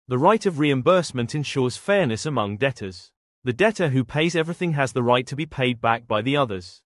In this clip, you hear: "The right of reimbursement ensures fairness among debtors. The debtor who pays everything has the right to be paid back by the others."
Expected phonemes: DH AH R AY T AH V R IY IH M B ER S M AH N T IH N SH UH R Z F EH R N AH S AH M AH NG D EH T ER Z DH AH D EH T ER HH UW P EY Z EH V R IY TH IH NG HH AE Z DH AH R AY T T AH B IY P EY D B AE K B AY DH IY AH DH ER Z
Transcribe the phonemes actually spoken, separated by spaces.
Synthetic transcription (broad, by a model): DH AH R AY T AH V R IY IH M B ER S M AH N T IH N SH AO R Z F EH R N AH S AH M AH NG D EH T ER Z DH AH D EH T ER HH UW P EY Z EH V R IY TH IH NG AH Z DH AH R AY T T AH B IY P EY D B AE K B AY DH IY AH DH ER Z